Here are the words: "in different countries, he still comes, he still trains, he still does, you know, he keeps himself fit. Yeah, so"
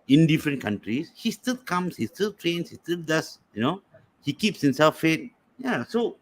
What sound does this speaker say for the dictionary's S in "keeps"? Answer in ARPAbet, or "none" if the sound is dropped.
S